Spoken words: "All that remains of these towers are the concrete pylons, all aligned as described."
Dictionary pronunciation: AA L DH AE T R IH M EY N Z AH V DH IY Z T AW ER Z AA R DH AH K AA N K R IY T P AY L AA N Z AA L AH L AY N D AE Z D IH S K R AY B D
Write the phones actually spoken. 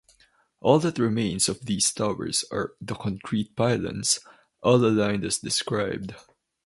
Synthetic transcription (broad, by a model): AA L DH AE T R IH M EY N S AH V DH IY S T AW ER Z AA R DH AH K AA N K R IY T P AY L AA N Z AA L AH L AY N D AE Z D IH S K R AY B D